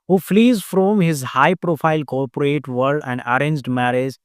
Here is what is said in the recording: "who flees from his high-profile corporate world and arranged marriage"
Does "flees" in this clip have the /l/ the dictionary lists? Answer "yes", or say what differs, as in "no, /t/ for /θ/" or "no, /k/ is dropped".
yes